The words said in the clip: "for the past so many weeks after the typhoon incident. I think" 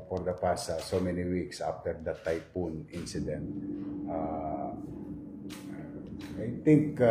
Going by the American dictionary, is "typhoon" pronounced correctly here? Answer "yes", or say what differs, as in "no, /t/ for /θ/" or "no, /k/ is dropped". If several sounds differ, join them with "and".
no, /p/ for /f/